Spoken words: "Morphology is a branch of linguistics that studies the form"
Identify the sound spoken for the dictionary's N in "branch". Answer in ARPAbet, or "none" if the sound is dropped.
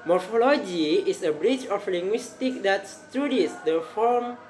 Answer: none